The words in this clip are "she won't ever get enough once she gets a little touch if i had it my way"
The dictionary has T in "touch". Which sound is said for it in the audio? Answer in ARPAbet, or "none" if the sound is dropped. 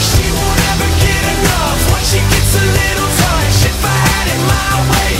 S